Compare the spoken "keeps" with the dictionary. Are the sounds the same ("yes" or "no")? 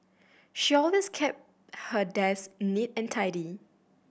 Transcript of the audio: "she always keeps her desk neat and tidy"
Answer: no